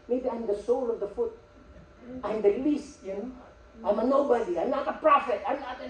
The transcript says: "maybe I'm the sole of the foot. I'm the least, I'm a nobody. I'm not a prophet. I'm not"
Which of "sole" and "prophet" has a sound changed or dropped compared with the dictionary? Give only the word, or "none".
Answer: none